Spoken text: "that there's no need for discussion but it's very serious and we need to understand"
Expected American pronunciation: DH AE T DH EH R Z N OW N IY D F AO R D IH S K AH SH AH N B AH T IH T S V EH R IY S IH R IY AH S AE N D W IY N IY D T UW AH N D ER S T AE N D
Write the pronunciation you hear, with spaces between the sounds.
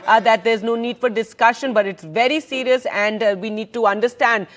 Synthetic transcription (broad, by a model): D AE T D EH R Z N OW N IY D F AO R D IH S K AH SH AH N B AH T IH T S V EH R IY S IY R IY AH S AE N D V IY N IY D T UW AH N D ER S T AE N D